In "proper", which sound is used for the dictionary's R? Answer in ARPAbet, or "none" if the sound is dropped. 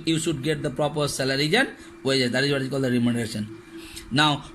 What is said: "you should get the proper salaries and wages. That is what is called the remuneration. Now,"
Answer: R